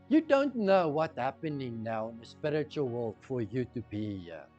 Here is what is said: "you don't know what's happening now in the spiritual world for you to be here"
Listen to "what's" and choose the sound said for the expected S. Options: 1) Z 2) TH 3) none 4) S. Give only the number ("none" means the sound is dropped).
3